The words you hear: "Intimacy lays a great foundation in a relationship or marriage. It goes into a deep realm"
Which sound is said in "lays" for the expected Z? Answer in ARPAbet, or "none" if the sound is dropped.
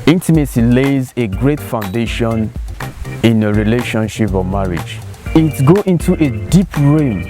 Z